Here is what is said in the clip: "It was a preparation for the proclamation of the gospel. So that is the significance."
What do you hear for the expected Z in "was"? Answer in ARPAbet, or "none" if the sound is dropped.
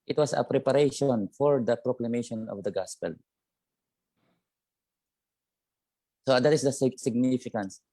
S